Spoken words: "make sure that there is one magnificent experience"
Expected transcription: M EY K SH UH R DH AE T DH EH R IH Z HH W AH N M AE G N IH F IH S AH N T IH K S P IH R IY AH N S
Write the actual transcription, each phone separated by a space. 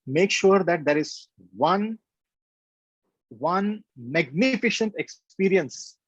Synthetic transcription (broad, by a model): M EY K SH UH R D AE T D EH R IH Z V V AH N M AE G N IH F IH SH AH N T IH K S P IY R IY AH N S